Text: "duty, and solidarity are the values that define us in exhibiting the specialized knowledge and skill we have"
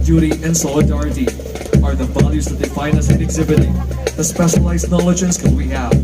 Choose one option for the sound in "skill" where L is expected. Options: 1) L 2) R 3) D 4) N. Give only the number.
4